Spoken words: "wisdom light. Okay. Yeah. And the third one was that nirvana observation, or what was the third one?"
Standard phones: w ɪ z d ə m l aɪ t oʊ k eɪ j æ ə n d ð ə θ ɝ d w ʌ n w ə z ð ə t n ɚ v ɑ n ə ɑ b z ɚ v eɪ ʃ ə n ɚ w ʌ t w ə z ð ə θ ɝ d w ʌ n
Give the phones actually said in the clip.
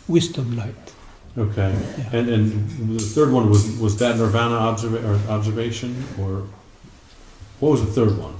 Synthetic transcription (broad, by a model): w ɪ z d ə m l aɪ t oʊ k eɪ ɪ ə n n ð ə θ ɝ d w ʌ n w ə z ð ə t n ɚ v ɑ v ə ɑ b z ɚ v eɪ ʃ ə n ɚ w ʌ t w ə z ð ə θ ɝ d w ʌ n